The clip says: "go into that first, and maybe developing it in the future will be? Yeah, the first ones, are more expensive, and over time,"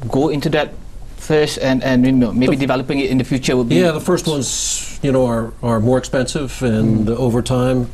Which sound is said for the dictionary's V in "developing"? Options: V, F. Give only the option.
V